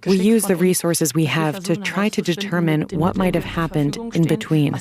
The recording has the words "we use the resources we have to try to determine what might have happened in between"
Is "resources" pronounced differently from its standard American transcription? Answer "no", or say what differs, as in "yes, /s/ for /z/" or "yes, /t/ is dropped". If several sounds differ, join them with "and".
no